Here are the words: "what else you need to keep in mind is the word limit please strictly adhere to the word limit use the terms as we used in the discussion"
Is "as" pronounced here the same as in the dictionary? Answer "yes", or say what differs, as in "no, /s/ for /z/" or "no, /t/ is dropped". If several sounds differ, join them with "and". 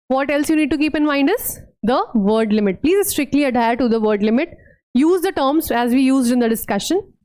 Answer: yes